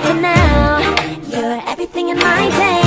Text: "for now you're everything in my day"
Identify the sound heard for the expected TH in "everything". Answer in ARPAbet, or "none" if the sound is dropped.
TH